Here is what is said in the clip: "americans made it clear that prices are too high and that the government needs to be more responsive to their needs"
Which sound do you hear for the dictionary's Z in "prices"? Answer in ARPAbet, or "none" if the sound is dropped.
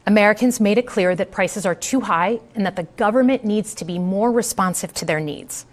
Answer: Z